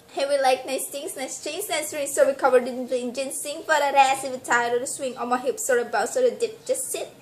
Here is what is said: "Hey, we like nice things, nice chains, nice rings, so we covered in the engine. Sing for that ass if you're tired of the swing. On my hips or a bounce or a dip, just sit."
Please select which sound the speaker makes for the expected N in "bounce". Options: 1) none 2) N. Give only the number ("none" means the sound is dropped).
1